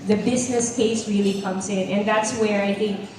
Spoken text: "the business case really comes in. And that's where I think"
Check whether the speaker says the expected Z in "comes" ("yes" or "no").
yes